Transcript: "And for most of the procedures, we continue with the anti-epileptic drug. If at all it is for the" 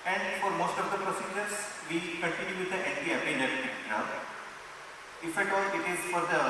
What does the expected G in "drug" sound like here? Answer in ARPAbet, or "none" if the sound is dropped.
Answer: none